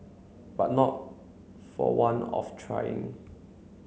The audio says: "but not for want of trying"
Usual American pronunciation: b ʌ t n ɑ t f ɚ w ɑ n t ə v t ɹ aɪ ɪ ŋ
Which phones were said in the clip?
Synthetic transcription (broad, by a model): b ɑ t n ɑ t f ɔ w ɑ n ə f t ɹ aɪ ɪ ŋ